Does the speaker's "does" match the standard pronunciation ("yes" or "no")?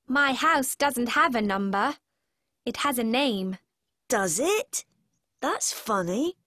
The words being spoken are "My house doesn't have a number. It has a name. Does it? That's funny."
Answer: yes